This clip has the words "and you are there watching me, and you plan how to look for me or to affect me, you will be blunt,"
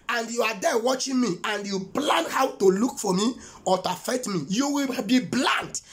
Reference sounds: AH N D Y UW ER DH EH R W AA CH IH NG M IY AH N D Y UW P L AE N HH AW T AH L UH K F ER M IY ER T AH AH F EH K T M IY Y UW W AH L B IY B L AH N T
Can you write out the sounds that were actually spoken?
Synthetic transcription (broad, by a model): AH N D Y UW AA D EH W AA CH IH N M IY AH N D Y UW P L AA N HH AW T AH L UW K F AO M IY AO T AH F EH T M IY Y UW W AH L B IY B L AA N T